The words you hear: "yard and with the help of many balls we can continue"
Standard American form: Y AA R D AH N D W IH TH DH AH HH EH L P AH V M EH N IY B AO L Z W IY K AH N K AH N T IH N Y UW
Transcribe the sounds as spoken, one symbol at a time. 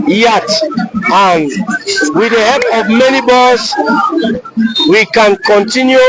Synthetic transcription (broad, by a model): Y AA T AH N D W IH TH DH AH HH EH P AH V M EH N IY B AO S W IY K AH N K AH N T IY N Y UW